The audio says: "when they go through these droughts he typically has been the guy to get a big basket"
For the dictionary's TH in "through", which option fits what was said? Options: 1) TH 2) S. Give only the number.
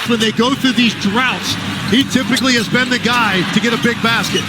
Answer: 1